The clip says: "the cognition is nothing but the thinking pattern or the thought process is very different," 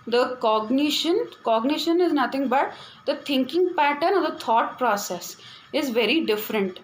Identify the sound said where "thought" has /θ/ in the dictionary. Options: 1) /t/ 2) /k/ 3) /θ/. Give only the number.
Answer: 1